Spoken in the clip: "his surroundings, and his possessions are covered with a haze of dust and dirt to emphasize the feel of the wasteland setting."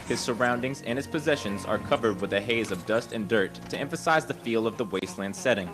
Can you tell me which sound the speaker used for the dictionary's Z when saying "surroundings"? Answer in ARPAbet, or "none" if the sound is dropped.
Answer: Z